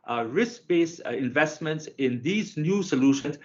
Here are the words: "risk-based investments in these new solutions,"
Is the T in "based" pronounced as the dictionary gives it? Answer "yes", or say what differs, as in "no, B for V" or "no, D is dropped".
no, T is dropped